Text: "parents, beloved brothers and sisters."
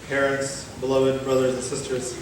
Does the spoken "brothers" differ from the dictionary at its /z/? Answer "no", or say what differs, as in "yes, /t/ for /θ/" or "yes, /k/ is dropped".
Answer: no